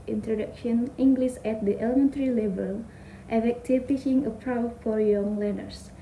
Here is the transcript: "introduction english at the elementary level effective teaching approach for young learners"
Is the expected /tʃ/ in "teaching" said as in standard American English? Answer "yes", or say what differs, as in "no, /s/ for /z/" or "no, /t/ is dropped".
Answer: no, /ʃ/ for /tʃ/